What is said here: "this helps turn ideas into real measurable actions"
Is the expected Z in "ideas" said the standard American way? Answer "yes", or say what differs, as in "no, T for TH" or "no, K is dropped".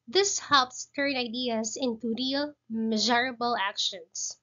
no, S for Z